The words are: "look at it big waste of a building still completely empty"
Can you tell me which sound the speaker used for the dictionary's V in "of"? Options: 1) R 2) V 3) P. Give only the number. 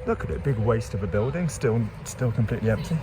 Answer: 2